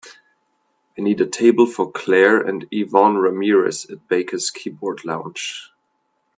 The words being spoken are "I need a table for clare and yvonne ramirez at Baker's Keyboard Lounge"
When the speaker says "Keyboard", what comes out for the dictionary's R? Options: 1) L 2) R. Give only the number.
2